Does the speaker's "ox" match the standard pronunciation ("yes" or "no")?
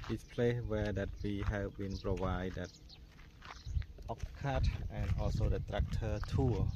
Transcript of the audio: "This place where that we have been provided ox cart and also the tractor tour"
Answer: no